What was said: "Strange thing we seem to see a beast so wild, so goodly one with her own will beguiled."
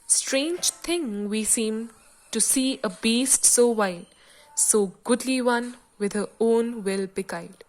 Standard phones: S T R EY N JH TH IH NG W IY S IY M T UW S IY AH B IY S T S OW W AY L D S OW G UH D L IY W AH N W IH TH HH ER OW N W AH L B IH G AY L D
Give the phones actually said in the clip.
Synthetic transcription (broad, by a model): S T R EY N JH T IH NG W IY S IY M T UW S IY AH B IY S T S OW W AY D S OW G UH D L IY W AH N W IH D HH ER OW N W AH L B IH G AY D